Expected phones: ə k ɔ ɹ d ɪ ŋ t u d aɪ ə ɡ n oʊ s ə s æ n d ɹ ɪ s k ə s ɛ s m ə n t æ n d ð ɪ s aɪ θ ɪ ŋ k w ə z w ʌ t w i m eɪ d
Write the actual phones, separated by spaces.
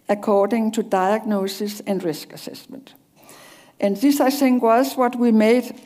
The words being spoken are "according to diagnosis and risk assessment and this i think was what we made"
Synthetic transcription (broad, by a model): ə k ɔ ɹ d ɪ ŋ t u d aɪ ə ɡ n oʊ s ə s æ n d ɹ ɪ s k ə s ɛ s m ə n t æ n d ð ɪ s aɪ s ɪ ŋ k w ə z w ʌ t w i m eɪ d